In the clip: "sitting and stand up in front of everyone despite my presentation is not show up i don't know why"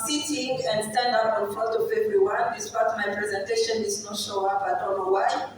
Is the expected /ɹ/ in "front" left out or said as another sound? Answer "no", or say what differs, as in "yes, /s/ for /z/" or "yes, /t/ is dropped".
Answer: yes, /ɹ/ is dropped